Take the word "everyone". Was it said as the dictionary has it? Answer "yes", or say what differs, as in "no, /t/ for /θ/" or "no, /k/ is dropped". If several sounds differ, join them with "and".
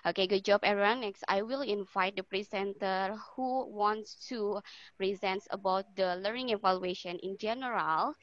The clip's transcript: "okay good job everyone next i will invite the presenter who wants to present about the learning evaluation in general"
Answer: no, /v/ is dropped